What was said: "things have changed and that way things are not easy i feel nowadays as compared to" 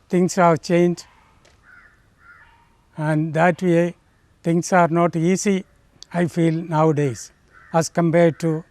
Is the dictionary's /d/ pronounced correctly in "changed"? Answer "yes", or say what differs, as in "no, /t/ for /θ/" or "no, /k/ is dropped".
no, /d/ is dropped